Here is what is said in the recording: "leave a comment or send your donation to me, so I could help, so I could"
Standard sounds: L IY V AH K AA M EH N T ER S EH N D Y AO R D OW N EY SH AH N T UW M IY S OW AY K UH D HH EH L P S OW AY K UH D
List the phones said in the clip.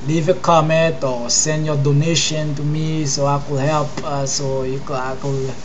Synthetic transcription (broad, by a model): L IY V AH K AA M EH N T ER S EH N D Y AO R D OW N EY SH AH N T UW M IY S OW AY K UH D HH EH L P S OW AY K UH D